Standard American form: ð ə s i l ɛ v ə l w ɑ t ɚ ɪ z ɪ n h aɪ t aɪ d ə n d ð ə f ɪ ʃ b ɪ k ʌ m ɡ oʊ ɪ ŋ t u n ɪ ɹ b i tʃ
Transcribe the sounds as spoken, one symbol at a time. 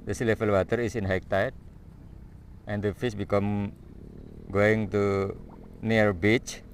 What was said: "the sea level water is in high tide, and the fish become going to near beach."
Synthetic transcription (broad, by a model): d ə s i l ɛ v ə l w ɑ t ɚ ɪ s ɪ n h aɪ t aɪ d ə n d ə f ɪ s b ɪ k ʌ m ɡ oʊ ɪ ŋ t u n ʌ ɹ b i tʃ